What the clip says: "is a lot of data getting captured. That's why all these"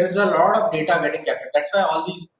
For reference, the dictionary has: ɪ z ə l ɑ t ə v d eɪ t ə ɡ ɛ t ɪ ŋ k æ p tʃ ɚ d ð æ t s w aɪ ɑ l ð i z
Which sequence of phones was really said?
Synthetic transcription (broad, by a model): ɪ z ə l ɑ t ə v d eɪ t ə ɡ ɛ t ɪ ŋ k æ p ɚ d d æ t s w aɪ ɑ l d i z